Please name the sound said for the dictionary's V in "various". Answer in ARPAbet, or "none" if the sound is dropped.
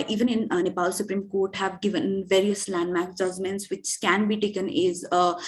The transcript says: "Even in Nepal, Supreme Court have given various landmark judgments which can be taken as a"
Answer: V